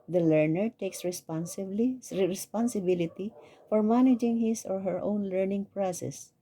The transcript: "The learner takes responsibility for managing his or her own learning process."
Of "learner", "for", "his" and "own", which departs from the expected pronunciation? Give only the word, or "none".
his